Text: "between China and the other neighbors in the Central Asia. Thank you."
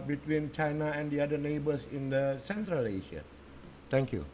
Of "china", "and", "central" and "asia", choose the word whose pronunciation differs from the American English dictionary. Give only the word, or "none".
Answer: asia